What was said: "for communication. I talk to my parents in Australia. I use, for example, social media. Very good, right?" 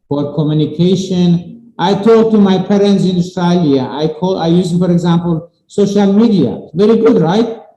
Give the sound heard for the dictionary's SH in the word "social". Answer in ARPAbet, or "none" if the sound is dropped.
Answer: SH